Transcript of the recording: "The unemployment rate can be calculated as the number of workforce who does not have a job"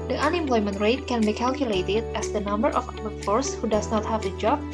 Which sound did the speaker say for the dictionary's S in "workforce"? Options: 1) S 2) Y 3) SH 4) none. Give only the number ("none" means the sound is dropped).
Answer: 1